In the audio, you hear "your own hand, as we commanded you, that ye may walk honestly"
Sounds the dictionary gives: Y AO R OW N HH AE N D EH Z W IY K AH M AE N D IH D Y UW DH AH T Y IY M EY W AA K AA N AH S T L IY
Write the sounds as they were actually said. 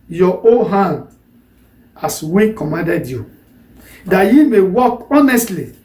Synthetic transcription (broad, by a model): Y AO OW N HH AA N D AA S W IY K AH M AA N D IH D Y UW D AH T Y IY M EY W AA K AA N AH S T L IY